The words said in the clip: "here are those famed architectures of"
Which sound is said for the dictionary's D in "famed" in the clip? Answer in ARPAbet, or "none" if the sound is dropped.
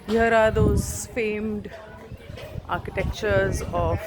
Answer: D